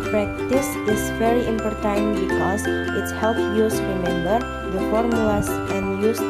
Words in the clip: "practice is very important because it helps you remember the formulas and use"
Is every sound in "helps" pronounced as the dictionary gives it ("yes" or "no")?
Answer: no